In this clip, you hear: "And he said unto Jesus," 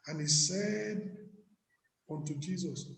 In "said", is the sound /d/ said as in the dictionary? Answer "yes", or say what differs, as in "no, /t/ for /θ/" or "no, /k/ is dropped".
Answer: yes